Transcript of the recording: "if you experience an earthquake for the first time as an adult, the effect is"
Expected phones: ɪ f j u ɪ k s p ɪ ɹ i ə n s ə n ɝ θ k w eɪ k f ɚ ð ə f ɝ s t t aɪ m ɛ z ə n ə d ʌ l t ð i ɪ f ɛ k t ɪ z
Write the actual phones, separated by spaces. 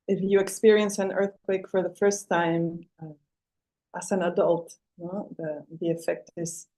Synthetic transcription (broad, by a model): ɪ f j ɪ ɪ k s p ɪ ɹ i ə n s ə n ɝ θ k w eɪ k f ɚ ð ə f ɝ s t t aɪ m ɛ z ə n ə d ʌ l t ð i ɪ f ɛ k t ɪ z